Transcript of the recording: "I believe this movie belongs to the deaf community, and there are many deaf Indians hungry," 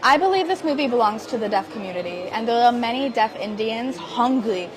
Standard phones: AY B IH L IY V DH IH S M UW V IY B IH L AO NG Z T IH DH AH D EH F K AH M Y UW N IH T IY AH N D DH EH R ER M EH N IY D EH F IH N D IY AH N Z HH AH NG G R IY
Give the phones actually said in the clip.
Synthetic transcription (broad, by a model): AY B IH L IY V DH IH S M UW V IY B IH L AO NG Z T IH DH AH D EH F K AH M Y UW N IH T IY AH N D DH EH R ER M EH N IY D EH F IH N D IY AH N Z HH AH NG G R IY